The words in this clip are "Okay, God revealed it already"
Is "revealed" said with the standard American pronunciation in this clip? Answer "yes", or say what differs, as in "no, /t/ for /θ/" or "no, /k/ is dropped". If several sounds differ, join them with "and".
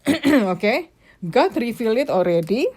no, /f/ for /v/ and /d/ is dropped